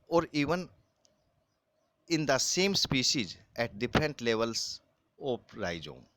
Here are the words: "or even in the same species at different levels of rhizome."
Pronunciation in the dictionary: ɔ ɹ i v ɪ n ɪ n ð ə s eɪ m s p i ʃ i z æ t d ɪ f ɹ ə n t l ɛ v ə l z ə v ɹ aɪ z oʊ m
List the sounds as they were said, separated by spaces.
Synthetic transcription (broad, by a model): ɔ ɹ i v ɪ n ɪ n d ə s eɪ m s p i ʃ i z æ t d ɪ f ɹ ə n t l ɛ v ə l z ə p ɹ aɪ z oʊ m